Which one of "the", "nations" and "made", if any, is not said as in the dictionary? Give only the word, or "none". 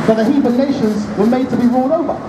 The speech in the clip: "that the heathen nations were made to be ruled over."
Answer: none